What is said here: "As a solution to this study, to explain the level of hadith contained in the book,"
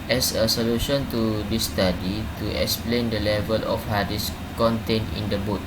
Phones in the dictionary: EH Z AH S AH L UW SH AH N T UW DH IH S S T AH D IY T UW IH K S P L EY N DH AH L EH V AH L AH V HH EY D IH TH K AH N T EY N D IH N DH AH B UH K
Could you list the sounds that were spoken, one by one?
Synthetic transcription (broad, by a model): EH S AH S AH L UW SH AH N T UW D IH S S T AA D IY T UW IH K S P L EY N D AH L EH V AH L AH F HH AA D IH S K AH N T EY N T IH N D AH B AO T